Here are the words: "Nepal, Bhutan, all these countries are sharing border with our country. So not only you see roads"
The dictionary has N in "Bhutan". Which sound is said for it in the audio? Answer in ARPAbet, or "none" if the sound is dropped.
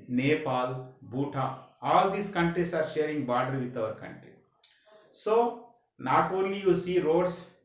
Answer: none